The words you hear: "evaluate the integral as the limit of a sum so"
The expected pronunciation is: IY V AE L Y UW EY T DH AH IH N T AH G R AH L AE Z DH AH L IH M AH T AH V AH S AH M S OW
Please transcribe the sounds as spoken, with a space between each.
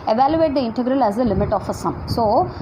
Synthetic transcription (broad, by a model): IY V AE L Y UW EY T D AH IH N T AH G R AH L AE Z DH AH L IH M AH T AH F AH S AH M S OW